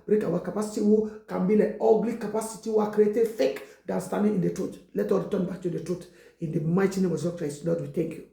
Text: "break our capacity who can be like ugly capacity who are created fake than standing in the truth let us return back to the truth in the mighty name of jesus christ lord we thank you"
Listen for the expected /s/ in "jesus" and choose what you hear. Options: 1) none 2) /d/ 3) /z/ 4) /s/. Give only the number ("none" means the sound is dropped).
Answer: 1